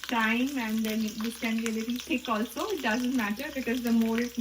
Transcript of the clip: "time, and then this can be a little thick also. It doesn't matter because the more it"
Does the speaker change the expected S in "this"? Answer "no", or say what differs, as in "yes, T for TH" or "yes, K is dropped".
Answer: yes, S is dropped